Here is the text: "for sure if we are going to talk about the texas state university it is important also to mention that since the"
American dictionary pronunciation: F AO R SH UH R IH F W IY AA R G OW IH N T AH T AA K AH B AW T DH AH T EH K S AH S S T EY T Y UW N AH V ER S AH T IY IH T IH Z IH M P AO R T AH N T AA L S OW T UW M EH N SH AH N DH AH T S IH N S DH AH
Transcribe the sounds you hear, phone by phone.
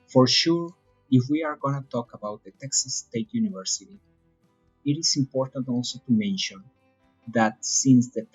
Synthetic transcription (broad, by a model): F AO R SH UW R IH F W IY AA R G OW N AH T AA K AH B AW T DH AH T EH K S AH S S T EY T Y UW N AH V ER S AH T IY IH T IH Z IH M P AO R T AH N T AA L S OW T UW M EH N SH AH N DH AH T S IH N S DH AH